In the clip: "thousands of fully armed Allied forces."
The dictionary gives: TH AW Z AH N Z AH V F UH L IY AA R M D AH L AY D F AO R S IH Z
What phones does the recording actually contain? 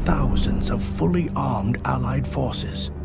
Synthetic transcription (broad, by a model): TH AW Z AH N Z AH V F UH L IY AA R M D AH L AY D F AO R S IH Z